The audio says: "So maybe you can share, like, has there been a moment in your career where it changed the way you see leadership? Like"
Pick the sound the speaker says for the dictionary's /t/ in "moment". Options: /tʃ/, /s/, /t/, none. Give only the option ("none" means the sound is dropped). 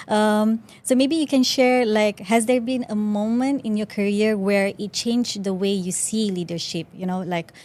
/t/